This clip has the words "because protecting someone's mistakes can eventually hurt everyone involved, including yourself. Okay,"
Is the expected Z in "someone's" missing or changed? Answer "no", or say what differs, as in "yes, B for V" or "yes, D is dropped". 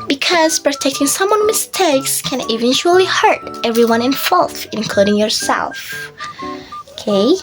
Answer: yes, Z is dropped